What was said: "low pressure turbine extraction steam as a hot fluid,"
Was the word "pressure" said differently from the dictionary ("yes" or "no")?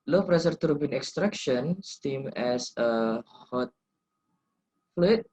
yes